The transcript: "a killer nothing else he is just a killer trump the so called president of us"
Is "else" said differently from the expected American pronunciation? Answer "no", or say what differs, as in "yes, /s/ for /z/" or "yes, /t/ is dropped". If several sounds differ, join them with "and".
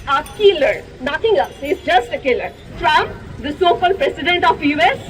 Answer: yes, /l/ is dropped